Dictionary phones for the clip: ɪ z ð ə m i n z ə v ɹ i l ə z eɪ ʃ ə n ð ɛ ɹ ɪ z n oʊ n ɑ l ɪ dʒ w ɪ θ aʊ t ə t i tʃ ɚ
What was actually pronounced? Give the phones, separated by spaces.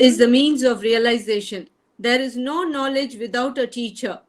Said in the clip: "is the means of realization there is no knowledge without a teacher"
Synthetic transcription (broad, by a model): ɪ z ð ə m i n z ə v ɹ i l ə z eɪ ʃ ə n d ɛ ɹ ɪ z n oʊ n ɑ l ɪ dʒ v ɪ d aʊ t ə t i tʃ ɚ